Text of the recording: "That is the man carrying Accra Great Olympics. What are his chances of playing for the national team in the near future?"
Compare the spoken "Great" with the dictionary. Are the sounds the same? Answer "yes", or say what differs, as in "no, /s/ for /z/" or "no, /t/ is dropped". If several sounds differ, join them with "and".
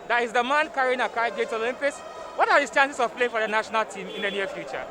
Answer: no, /ɹ/ is dropped